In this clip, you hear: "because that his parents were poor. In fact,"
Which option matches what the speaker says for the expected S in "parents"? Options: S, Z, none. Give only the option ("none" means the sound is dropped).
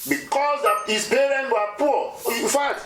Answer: none